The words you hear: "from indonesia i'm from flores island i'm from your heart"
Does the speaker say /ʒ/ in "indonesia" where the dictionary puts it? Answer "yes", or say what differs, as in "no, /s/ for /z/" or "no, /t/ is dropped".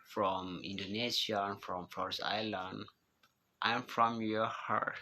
no, /s/ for /ʒ/